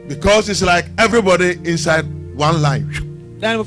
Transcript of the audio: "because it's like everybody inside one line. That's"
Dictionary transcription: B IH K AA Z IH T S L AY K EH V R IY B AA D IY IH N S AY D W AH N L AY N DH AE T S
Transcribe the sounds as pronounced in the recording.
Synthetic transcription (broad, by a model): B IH K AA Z IH T S L AY K EH V R IY B AA D IY IH N S AY D W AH N L AY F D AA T